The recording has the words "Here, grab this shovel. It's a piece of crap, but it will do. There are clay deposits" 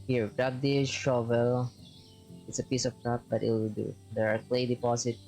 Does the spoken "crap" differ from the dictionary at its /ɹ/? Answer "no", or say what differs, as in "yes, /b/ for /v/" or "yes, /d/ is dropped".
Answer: yes, /ɹ/ is dropped